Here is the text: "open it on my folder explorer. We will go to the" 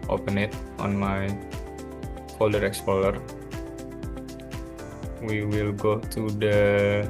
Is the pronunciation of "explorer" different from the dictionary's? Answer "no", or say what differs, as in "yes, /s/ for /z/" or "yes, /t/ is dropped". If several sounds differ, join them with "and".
yes, /l/ is dropped and /l/ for /ɹ/